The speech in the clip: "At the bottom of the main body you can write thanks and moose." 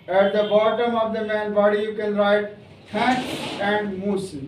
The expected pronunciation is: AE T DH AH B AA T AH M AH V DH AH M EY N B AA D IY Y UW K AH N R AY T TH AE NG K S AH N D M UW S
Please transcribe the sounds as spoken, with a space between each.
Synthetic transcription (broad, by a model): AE T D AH B AA T AH M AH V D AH M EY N B AA D IY Y UW K AH N R AY T T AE K AH N D M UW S